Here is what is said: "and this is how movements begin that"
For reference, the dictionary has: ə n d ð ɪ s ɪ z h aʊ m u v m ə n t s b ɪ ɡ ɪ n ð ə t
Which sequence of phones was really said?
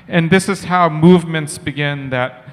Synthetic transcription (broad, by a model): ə n ð ɪ s ɪ z h aʊ m u v m ə n t s b ɪ ɡ ɪ n ð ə t